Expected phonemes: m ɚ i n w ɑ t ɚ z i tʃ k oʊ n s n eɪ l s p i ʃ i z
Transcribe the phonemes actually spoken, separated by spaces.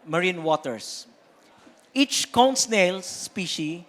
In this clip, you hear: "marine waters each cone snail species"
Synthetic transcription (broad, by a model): m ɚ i n w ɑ t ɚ s i tʃ k oʊ n s n eɪ l s p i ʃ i